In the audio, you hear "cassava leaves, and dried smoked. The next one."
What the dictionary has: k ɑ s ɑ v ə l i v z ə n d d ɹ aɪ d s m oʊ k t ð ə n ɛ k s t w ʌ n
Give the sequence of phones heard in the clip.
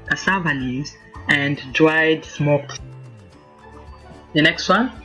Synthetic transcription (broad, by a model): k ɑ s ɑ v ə n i z ə n d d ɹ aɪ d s m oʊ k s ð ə n ɛ k s t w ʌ n